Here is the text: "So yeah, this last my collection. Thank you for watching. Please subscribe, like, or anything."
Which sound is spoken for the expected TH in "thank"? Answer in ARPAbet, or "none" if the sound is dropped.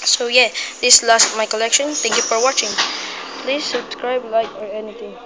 T